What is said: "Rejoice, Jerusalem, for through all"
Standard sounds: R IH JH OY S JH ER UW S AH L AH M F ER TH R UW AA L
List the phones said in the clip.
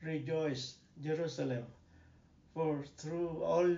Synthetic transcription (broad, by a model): R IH JH OY S JH ER UW S AH L AH M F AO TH R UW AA L